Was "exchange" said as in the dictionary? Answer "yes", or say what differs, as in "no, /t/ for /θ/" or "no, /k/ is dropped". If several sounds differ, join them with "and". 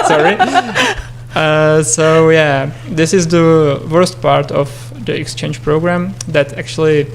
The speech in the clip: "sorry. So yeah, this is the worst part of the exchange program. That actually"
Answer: yes